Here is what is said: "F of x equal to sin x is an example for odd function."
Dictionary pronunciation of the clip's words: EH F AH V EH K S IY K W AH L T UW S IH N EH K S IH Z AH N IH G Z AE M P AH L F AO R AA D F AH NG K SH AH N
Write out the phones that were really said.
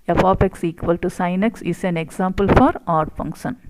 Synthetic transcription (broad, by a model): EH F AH P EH K S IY K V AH L T UW S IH N EH K S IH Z AH N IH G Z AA M P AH L F AO R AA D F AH NG K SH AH N